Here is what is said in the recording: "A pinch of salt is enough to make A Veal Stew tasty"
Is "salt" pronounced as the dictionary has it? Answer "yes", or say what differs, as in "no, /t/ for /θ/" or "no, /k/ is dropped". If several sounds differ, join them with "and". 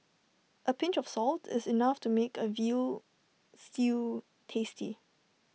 yes